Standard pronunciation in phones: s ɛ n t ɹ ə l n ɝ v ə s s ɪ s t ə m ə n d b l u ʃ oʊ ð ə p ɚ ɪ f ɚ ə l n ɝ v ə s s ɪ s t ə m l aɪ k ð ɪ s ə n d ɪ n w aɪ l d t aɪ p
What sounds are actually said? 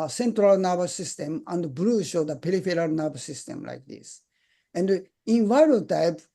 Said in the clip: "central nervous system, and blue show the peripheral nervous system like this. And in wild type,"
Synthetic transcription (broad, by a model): s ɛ n t ɹ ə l n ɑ b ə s s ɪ s t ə m ə n d b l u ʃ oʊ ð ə p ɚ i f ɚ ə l n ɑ b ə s s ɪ s t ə m l aɪ k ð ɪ s ə n d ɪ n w aɪ d t aɪ p